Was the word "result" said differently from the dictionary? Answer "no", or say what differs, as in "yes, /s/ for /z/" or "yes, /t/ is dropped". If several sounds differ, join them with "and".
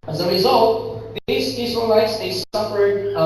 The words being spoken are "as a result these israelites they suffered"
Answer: no